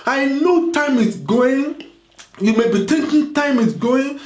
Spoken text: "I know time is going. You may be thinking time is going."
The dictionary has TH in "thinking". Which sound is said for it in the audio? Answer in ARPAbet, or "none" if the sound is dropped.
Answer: T